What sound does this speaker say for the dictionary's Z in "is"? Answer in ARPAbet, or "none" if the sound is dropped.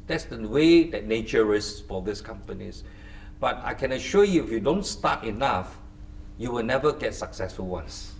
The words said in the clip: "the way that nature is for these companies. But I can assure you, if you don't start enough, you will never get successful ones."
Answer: S